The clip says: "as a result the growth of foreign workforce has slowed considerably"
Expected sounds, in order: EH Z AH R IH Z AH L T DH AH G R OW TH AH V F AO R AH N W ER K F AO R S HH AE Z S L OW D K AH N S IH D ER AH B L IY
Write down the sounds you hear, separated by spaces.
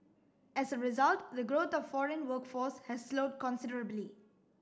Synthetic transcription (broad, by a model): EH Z AH R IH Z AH L T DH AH G R OW T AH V F AO R AH N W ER K F AO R S HH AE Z S L OW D K AH N S IH D ER AH B L IY